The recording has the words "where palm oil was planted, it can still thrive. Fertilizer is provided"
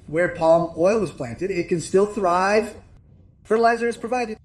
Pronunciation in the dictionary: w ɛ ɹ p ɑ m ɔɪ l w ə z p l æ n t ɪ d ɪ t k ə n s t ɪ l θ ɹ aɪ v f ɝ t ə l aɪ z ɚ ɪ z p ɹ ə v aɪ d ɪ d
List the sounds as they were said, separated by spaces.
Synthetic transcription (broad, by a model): w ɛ ɹ p ɑ m ɔɪ l w ə z p l æ n t ɪ d ɪ t k ə n s t ɪ l θ ɹ aɪ v f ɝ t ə l aɪ z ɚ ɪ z p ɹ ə v aɪ d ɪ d